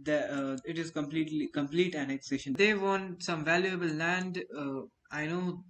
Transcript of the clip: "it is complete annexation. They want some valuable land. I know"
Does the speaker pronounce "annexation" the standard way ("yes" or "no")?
yes